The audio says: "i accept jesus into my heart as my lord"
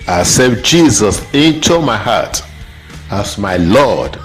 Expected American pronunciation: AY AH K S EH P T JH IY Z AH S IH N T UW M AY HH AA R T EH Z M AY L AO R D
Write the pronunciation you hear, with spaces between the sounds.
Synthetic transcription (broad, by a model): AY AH S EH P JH IY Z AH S IH N T UW M AY HH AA T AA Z M AY L AO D